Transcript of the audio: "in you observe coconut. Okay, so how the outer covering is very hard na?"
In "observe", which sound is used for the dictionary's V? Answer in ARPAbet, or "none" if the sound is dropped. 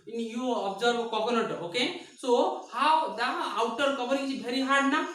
B